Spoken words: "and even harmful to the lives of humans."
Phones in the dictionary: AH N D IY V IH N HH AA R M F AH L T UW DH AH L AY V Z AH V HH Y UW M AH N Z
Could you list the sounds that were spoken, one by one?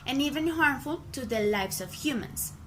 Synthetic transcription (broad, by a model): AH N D IY V IH N HH AA R M F AH L T UW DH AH L AY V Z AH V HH Y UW M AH N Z